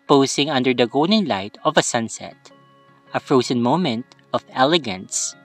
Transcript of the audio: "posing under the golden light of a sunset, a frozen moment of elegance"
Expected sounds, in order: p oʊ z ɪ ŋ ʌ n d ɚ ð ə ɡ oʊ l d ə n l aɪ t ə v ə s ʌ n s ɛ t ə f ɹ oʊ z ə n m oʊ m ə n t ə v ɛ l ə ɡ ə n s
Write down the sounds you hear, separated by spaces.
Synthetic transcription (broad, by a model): p oʊ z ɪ ŋ ʌ n d ɚ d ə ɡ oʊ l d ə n l aɪ t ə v ə s ʌ n s ɛ t ə f ɹ oʊ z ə n m oʊ m ə n t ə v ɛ l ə ɡ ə n s